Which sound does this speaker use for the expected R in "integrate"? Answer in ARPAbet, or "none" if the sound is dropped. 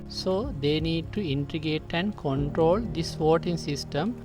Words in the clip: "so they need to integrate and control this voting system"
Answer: none